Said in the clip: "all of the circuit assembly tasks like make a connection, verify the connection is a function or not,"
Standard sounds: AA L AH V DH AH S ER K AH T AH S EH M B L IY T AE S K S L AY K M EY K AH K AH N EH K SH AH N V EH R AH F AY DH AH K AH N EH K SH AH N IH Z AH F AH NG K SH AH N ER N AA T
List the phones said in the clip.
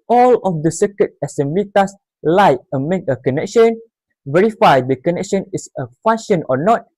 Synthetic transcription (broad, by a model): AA L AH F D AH S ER K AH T AH S EH M B L IY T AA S S L AY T M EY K AH K AH N EH K SH AH N V EH R AH F AY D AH K AH N EH K SH AH N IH S AH F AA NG SH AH N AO N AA T